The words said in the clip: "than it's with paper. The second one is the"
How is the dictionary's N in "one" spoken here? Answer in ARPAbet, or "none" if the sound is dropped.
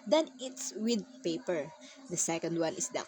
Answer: L